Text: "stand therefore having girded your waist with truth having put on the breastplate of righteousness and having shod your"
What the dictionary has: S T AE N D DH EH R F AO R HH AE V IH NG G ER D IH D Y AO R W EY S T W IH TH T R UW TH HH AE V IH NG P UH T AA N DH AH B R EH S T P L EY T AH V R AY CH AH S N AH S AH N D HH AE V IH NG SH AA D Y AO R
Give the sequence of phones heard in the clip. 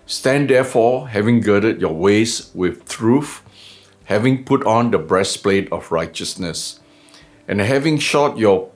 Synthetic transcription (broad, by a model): S T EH N D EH F AO HH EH V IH NG G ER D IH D Y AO W EY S W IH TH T R UW F HH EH V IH NG P UH T AA N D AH B R EH S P L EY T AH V R AY CH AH S N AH S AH N HH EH V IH NG SH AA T Y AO